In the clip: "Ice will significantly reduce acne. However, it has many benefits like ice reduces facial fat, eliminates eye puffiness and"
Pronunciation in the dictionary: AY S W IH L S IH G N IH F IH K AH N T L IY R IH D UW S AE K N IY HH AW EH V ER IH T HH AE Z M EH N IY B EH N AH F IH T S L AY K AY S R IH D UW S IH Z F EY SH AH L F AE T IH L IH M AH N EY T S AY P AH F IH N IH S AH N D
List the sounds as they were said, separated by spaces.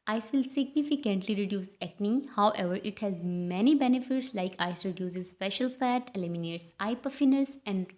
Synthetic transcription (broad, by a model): AY S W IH L S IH G N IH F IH K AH N T L IY R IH D UW S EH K N IY HH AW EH V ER IH T HH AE Z M EH N IY B EH N AH F IH T S L AY K AY S R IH D UW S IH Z P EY SH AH L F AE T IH L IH M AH N EY T S AY P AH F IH N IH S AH N D